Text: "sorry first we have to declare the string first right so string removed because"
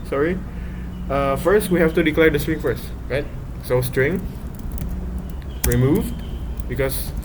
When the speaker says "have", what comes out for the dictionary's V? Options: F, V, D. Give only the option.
F